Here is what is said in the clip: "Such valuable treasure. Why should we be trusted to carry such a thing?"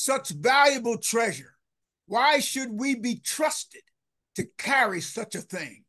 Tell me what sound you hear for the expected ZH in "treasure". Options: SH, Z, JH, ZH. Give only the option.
ZH